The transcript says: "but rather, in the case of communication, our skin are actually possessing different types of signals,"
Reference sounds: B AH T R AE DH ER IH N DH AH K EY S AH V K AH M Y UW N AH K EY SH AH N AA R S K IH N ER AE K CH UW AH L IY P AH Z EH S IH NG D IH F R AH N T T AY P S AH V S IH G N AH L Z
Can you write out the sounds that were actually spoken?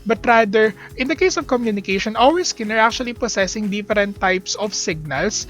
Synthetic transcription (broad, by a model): B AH T R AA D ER IH N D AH K EY S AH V K AH M Y UW N AH K EY SH AH N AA L S K IH N ER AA K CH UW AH L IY P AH S EH S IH NG D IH F R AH N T T AY P S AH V S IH G N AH L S